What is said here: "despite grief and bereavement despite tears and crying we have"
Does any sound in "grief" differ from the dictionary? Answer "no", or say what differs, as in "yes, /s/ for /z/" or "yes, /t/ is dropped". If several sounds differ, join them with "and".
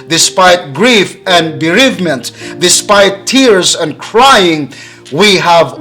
no